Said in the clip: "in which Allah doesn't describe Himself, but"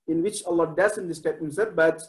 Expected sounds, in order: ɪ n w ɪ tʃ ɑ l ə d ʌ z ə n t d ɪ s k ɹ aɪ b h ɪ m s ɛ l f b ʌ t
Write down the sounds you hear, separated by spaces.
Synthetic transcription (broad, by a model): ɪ n w ɪ tʃ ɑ l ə d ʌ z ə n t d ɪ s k aɪ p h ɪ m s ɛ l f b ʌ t